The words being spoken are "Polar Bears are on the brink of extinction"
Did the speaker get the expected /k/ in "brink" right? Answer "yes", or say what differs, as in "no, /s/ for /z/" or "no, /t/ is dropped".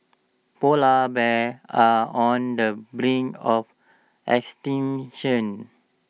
no, /k/ is dropped